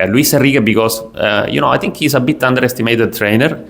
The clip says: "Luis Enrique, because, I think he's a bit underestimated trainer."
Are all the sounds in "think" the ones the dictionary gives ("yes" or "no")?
no